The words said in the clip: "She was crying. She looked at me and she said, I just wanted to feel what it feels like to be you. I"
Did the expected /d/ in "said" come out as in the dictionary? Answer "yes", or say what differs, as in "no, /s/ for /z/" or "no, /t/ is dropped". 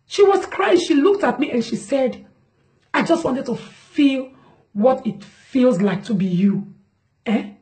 yes